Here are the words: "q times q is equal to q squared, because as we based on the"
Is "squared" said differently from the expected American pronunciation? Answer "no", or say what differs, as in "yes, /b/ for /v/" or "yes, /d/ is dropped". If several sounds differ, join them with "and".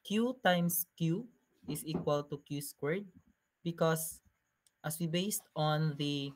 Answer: no